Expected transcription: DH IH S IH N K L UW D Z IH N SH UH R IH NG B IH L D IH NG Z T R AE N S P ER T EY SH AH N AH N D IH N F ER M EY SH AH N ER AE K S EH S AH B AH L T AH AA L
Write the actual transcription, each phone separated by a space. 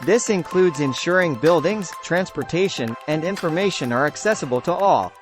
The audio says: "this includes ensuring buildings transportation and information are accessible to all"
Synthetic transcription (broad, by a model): DH IH S IH N K L UW D Z IH N SH UH R IH NG B IH L D IH NG Z T R AE N S P ER T EY SH AH N AH N D IH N F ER M EY SH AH N ER AE K S EH S AH B AH L T AH AA L